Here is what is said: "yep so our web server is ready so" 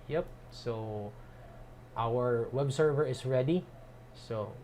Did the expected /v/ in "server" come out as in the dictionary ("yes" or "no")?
yes